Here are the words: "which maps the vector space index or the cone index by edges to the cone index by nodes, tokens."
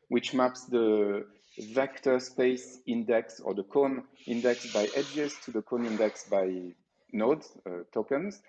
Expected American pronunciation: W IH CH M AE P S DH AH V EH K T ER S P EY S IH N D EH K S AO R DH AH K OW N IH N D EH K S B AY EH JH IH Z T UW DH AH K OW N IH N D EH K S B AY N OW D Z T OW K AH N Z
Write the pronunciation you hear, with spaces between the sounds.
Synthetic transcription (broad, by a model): W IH CH M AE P S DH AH V EH K T ER S P EY S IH N D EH K S AO R DH AH K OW N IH N D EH K S B AY EH JH IH Z T UW DH AH K OW N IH N D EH K S B AY N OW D T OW K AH N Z